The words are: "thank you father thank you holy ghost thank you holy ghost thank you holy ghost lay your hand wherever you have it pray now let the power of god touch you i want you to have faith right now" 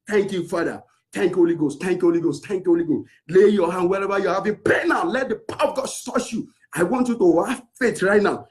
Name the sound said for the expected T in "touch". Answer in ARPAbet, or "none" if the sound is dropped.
S